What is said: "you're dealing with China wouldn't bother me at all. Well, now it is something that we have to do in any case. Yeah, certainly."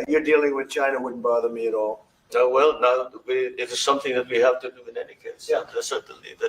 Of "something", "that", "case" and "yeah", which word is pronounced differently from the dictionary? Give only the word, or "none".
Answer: none